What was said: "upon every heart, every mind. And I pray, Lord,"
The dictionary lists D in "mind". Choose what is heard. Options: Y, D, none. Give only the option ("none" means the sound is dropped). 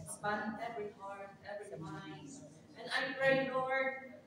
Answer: none